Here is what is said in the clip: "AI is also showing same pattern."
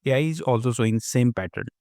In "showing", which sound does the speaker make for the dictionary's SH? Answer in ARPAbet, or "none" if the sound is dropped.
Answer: S